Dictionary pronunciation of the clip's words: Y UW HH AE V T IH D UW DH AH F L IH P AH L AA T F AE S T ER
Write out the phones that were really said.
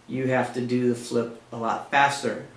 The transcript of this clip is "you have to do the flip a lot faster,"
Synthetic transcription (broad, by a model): Y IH HH AE F T IH D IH DH AH F L IH P AH L AA T F AE S T ER